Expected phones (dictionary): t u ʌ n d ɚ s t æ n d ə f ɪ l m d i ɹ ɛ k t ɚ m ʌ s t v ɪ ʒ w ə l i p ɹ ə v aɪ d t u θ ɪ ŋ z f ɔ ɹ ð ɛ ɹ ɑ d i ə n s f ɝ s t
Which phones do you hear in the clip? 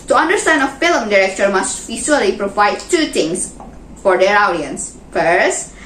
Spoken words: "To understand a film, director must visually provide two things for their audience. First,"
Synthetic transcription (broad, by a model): t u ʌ n d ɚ s t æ n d ə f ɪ l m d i ɹ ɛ k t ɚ m ʌ s t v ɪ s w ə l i p ɹ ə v aɪ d t u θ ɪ ŋ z f ɔ ɹ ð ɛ ɹ ɑ d i ə n s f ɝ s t